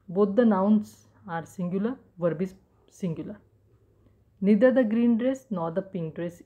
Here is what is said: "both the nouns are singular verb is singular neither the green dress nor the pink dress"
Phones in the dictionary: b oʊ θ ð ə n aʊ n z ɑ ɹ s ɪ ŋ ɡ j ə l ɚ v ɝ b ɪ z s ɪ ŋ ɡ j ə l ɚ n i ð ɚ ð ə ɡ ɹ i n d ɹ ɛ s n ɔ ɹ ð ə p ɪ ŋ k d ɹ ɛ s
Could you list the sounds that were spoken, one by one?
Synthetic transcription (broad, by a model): b oʊ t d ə n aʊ n s ɑ ɹ s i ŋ ɡ j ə l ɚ v ɝ b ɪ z s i ŋ ɡ j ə l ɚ n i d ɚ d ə ɡ ɹ i n d ɹ ɛ s n ɔ ɹ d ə p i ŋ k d ɹ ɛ s